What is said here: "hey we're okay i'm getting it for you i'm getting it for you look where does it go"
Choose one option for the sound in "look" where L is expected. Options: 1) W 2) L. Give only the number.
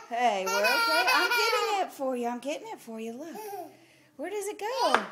2